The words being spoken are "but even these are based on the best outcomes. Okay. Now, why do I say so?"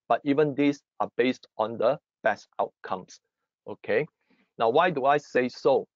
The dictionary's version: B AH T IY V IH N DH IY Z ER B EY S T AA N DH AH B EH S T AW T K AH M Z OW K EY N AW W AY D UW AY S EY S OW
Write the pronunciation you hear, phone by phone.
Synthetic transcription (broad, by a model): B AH T IY V IH N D IY S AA B EY S T AA N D AH B EH S T AW T K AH M S OW K EY N AW W AY D UW AY S EY S OW